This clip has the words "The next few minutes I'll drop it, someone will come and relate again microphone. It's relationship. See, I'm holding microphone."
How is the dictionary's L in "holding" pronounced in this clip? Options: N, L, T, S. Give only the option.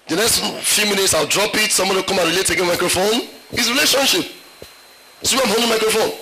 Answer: N